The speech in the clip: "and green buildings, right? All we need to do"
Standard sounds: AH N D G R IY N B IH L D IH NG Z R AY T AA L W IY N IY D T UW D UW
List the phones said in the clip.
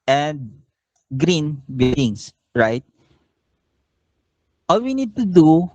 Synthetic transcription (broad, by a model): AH N D G R IY N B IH D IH NG S R AY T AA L W IY N IY D T UW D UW